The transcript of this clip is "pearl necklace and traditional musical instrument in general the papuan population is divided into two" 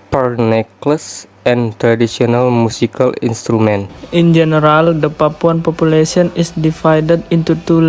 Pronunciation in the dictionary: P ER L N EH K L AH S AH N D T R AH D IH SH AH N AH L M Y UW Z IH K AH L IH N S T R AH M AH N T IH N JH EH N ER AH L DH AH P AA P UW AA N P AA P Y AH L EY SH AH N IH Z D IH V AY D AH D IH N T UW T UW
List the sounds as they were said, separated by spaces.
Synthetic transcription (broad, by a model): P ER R N EH K L AH S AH N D T R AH D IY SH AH N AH L M UW S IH K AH L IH N S T R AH M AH N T IH N JH EH N ER AH L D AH P AA P UW AA N P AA P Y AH L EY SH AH N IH S D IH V AY D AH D IH N T UW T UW